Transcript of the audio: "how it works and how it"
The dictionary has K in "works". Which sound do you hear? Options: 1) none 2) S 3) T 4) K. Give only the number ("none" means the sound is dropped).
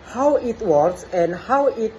1